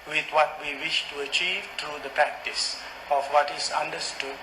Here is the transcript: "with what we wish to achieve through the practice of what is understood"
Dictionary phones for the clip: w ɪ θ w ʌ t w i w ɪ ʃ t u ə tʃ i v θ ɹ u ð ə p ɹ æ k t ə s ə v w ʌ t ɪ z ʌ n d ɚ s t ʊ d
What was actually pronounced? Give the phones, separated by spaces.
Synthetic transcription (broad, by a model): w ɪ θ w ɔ t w i w ɪ ʃ t u ə tʃ i v t ɹ u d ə p ɹ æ k t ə s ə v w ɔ t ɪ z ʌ n d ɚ s t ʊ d